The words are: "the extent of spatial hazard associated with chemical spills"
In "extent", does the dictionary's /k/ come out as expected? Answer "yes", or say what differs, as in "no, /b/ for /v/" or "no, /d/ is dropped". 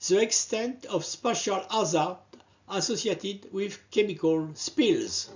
yes